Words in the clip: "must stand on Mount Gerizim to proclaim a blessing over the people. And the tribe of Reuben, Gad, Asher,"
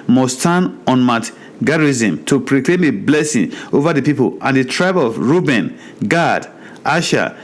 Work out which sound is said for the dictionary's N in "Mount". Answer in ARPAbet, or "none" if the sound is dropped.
none